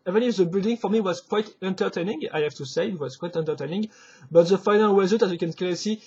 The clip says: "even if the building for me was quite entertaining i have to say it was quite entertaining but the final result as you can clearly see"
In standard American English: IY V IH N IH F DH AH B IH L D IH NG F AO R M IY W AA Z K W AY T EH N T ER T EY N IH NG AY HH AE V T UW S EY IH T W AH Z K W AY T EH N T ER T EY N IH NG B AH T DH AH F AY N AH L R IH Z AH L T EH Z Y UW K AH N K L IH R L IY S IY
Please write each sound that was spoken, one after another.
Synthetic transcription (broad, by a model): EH V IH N IH F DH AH B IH L D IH NG F AO R M IY W AA Z K W AY T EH N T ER T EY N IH NG AY HH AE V T UW S EY IH T W AH Z K W AY T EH N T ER T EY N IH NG B AH T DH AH F AY N AH L W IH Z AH T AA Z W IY K AH N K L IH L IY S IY